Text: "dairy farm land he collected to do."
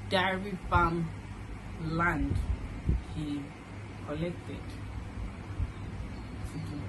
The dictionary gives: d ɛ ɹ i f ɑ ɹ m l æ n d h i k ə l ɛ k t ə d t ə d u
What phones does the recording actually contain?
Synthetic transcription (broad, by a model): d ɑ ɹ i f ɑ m l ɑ n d h i k ə l ɛ k t ə d s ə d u